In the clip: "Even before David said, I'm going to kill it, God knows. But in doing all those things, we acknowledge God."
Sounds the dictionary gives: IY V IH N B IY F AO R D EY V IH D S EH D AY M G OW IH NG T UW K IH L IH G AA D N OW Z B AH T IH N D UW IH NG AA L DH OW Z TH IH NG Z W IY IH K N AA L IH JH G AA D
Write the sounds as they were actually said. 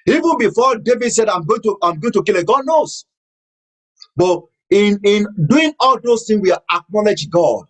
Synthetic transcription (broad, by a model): IY V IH N B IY F AO D EY V IH D S EH D AY M G OW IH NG T UW K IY L IH G AA D N OW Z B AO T IH N D UW IH NG AA L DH OW S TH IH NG S W IY IH K N AA L IH JH G AA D